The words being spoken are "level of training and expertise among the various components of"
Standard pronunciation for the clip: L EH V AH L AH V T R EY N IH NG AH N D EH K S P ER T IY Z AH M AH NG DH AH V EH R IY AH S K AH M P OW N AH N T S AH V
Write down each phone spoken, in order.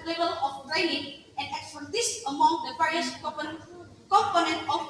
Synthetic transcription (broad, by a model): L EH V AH L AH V T R EY N IH NG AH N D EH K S F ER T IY S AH M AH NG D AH P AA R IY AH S K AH M P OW N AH N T AH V